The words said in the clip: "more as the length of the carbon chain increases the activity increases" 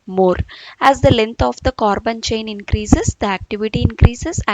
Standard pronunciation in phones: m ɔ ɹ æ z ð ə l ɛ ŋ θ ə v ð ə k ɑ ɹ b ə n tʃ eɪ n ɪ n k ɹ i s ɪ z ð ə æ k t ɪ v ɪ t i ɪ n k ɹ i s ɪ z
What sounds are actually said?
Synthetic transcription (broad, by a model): m ɔ ɹ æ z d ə l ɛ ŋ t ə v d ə k ɑ ɹ b ə n tʃ eɪ n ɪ n k ɹ i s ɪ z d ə æ k t ɪ v ɪ t i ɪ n k ɹ i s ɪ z